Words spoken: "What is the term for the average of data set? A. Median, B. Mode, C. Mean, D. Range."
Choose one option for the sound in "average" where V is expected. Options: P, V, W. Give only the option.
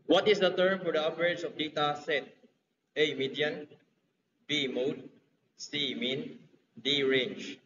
P